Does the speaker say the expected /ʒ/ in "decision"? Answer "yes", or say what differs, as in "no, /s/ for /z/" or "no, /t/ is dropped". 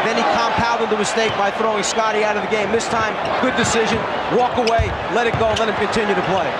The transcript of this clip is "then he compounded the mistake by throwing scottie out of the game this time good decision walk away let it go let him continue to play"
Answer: yes